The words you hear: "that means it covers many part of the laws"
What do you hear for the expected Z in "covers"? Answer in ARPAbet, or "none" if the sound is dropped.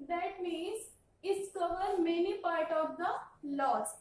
none